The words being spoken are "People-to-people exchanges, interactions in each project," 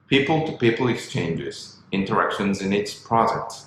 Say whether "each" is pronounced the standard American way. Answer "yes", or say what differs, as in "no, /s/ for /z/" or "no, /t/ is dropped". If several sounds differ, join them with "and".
no, /s/ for /tʃ/